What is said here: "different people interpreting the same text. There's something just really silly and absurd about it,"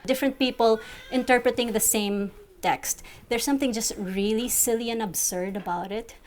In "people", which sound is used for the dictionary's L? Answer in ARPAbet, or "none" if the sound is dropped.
L